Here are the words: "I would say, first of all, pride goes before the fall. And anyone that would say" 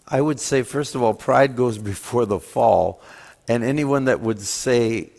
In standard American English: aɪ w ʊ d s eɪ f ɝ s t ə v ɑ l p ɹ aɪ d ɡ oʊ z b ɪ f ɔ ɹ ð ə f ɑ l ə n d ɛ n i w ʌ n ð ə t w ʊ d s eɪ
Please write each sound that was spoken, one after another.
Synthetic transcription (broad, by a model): aɪ w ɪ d s eɪ f ɝ s t ə v ɑ l p ɹ aɪ d ɡ oʊ z b ɪ f ɔ ɹ ð ə f ɑ l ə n ɛ n i w ʌ n ð ə t w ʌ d s eɪ